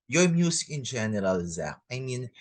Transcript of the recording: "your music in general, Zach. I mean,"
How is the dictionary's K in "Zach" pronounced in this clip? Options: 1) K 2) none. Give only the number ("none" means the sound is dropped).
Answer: 2